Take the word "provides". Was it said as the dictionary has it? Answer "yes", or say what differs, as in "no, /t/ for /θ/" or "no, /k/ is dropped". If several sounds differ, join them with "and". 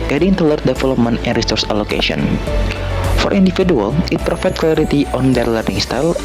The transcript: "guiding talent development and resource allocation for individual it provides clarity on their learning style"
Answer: no, /f/ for /v/